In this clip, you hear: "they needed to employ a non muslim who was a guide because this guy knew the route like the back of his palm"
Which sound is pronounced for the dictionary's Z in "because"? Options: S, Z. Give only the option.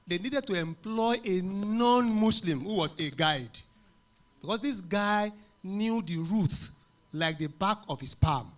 S